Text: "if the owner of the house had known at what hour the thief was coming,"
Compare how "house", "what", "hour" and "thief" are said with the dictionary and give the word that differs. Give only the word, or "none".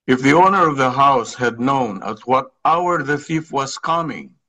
none